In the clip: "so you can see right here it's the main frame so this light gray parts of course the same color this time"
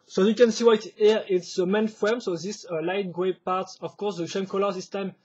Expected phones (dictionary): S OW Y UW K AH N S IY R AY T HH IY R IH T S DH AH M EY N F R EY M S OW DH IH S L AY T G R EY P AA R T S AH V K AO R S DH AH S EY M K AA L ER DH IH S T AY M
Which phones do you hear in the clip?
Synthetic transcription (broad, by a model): S OW Y UW K AH N S IY W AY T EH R IH T S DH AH M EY N F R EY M S OW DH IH S L AY T G R EY P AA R T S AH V K AO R S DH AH SH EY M K AA L ER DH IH S T AY M